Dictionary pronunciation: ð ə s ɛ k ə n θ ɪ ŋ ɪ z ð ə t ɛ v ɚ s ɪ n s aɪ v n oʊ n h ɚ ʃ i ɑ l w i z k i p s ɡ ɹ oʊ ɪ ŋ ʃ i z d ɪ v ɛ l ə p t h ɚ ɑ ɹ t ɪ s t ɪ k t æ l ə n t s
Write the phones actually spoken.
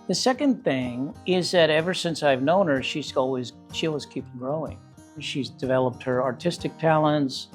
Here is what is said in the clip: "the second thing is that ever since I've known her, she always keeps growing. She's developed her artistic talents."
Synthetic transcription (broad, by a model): ð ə s ɛ k ə n θ ɪ ŋ ɪ z ð ə t ɛ v ɚ s ɪ n s aɪ v n oʊ n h ɚ ʃ i ɑ l w i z k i p ɡ ɹ oʊ ɪ ŋ ʃ i z d ɪ v ɛ l ə p t h ɚ ɑ ɹ t ɪ s t ɪ k t æ l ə n t s